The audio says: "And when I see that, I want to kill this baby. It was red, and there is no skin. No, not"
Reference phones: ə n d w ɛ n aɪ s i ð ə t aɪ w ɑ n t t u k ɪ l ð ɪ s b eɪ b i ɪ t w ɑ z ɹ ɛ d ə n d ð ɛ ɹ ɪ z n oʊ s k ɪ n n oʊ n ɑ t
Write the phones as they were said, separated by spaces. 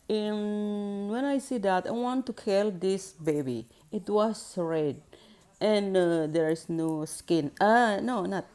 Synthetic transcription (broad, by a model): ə n w ɛ n aɪ s i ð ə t aɪ w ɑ n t t u k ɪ l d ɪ s b eɪ b i ɪ t w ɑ s ɹ ɛ d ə n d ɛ ɹ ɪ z n oʊ s k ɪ n n oʊ n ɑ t